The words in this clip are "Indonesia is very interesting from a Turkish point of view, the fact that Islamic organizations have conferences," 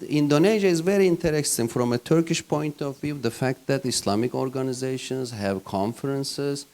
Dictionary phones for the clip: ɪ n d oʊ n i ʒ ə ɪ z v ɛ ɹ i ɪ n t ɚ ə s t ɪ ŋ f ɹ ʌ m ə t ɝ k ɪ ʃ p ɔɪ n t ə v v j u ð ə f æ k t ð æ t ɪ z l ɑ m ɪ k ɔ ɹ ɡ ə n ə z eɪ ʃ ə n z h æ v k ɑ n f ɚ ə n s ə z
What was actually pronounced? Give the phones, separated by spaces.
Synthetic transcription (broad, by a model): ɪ n d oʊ n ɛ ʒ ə ɪ z v ɛ ɹ i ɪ n t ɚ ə s t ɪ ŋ f ɹ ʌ m ə t ɝ k ɪ ʃ p ɔɪ n t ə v v j u ð ə f æ k t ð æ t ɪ s l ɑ m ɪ k ɔ ɹ ɡ ə n ə z eɪ ʃ ə n z h æ v k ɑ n f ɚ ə n s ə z